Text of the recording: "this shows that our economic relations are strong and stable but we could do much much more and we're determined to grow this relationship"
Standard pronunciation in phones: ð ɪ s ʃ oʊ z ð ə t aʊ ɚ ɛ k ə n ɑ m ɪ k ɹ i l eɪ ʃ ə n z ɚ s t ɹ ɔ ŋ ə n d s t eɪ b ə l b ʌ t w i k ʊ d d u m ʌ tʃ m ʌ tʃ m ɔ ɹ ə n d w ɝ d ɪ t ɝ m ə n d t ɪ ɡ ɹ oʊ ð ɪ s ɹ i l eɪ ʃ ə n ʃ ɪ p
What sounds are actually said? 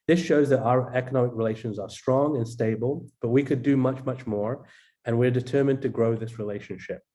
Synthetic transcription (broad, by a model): ð ɪ s ʃ oʊ z ð ə t aʊ ɚ ɛ k ə n ɑ m ɪ k ɹ i l eɪ ʃ ə n z ɚ s t ɹ ɔ ŋ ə n s t eɪ b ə l b ʌ t w i k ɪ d d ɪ m ʌ tʃ m ʌ tʃ m ɔ ɹ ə n w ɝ d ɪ t ɝ m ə n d t ɪ ɡ ɹ oʊ ð ɪ s ɹ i l eɪ ʃ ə n ʃ ɪ p